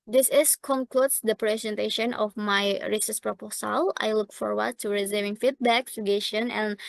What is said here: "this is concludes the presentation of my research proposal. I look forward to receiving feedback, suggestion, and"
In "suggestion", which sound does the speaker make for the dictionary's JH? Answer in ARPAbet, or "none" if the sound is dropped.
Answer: none